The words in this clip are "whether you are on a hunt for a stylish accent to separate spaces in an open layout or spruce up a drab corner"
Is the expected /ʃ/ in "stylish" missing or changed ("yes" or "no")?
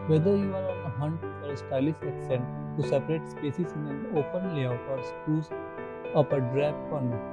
yes